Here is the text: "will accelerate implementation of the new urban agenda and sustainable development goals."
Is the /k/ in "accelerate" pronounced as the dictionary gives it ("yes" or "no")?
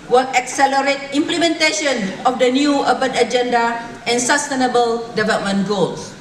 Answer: yes